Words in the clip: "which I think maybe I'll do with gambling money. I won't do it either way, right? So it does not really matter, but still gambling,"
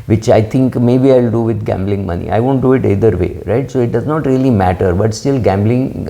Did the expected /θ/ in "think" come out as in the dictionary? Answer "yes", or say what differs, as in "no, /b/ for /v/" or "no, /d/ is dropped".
no, /t/ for /θ/